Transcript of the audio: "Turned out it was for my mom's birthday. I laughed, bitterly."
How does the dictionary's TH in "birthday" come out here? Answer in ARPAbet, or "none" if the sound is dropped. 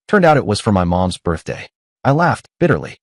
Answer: TH